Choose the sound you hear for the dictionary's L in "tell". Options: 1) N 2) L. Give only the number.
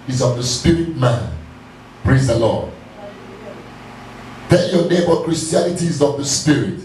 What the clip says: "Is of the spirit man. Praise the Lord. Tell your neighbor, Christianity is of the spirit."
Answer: 1